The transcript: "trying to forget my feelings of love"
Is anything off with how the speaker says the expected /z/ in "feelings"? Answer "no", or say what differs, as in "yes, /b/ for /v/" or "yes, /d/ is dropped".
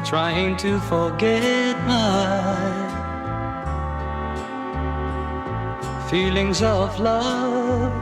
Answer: no